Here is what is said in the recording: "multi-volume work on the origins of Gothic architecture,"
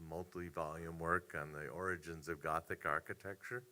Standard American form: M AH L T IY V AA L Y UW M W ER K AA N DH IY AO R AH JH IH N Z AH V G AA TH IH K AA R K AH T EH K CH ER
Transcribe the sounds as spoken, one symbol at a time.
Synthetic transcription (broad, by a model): M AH L T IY V AA L Y UW M W ER K N DH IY AO R AH JH IH N Z AH V G AA TH IH K AA R K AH T EH K CH ER